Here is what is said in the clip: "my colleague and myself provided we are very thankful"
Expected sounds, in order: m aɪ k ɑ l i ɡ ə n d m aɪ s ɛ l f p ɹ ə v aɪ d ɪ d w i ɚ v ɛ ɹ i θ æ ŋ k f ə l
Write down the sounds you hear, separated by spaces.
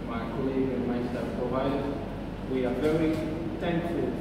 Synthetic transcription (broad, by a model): m aɪ k ɑ l i ɡ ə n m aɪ ɪ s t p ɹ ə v aɪ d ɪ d w i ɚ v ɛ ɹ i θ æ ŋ k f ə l